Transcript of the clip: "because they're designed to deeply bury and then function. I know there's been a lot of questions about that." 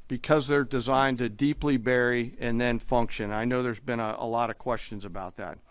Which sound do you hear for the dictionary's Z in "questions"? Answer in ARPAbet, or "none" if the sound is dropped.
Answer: Z